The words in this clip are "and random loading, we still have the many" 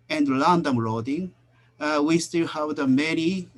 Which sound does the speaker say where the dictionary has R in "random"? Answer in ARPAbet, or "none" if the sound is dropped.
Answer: L